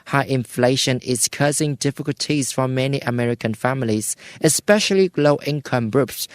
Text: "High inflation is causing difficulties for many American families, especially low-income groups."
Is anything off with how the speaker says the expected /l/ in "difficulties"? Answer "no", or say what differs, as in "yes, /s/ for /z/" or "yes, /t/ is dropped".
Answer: no